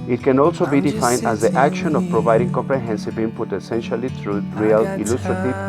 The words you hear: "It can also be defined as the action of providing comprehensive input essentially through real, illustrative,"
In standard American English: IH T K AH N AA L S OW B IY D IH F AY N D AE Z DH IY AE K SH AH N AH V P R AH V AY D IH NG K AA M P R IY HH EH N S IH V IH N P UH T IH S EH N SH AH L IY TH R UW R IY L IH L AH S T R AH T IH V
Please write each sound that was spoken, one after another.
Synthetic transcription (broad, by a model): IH T K AH N AA L S OW B IY D IH F AY N D AE Z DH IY AE K SH AH N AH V P R AH V AY D IH NG K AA M P R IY HH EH N S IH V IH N P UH T IH S EH N SH AH L IY T R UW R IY L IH L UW S T R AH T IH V